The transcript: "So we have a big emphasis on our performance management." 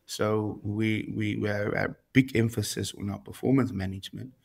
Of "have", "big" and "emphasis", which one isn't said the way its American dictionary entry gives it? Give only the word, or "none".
have